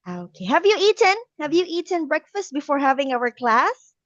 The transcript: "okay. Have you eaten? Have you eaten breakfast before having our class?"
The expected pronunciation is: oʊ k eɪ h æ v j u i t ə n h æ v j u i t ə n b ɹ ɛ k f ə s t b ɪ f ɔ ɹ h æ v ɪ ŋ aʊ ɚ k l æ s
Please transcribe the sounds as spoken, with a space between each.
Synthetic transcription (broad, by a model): oʊ k eɪ h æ v j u i t ə n h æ v j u i t ə n b ɹ ɛ k f ə s t b ɪ f ɔ ɹ h æ v ɪ ŋ aʊ ɚ k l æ s